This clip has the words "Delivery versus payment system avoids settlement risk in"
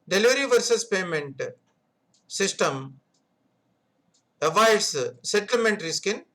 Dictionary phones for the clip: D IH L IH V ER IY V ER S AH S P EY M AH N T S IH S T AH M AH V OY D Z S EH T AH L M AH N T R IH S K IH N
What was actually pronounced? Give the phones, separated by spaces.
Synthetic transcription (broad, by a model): D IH L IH V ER IY V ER S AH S P EY M AH N T S IH S T AH M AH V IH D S S EH T AH L M AH N T R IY S K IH N